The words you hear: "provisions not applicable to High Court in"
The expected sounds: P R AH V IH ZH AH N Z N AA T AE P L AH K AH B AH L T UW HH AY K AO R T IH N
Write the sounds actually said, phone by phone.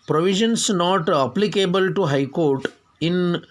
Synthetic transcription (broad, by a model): P R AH V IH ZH AH N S N AA T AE P L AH K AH B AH L T UW HH AY K AO R T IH N